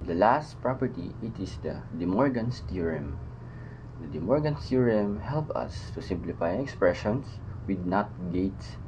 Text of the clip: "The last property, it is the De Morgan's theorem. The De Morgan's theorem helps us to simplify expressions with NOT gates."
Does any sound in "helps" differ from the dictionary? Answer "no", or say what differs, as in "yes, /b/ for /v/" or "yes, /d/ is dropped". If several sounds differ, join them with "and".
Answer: yes, /s/ is dropped